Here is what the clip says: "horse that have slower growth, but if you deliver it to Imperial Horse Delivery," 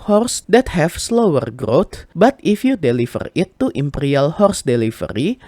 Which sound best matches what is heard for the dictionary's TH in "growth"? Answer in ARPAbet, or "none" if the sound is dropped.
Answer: T